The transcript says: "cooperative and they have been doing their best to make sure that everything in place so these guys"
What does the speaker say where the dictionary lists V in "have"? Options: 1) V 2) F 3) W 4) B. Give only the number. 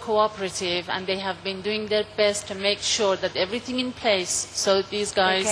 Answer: 1